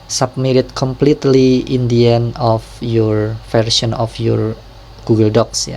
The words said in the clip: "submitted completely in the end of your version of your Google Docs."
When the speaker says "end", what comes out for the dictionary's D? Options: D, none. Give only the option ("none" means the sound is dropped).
none